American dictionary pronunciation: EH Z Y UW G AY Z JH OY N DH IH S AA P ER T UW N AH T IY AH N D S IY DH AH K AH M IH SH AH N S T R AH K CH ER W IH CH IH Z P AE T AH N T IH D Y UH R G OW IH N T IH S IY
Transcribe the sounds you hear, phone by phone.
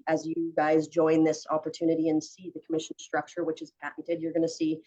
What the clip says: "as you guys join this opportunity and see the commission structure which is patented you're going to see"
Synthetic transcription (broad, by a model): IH Z Y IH G AY Z JH OY N DH IH S AA P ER T UW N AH T IY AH N S IY DH AH K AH M IH SH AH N S T R AH K CH ER W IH CH IH Z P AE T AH T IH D Y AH R G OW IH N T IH S IY